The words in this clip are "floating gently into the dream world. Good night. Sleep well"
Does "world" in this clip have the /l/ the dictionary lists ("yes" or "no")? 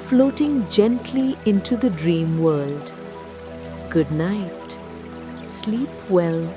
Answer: yes